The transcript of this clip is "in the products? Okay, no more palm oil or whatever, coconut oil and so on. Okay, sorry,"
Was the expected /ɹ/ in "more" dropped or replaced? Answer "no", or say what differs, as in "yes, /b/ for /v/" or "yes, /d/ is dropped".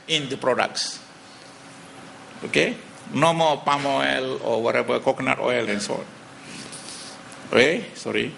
yes, /l/ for /ɹ/